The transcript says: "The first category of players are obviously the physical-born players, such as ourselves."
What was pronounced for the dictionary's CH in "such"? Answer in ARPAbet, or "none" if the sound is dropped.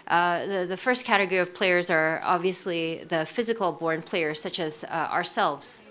CH